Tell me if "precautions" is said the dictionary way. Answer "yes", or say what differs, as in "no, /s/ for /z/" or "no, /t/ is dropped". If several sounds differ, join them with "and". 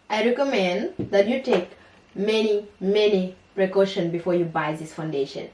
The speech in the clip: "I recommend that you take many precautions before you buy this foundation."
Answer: no, /z/ is dropped